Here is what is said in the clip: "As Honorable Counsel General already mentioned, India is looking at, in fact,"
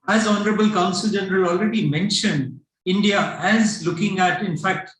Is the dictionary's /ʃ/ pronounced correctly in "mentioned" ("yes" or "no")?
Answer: yes